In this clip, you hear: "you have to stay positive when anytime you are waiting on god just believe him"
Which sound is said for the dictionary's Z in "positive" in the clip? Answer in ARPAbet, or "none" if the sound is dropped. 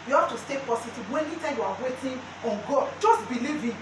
S